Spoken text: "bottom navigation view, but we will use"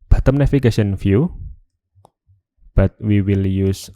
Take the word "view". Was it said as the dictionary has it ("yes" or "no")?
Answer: no